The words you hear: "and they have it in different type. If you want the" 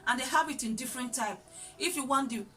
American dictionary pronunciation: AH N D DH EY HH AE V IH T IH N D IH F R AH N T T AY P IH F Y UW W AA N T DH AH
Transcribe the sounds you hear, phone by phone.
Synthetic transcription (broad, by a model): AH N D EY HH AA B IH T IH N D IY F R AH N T T AY P IH F Y UW W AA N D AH